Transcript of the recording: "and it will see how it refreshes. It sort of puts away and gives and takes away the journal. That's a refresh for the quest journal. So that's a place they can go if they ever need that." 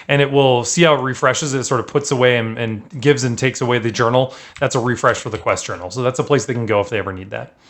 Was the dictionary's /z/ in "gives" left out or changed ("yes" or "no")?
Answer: no